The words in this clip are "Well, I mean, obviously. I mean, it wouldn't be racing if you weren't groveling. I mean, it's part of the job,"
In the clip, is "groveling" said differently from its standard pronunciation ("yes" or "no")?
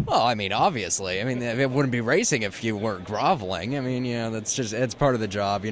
no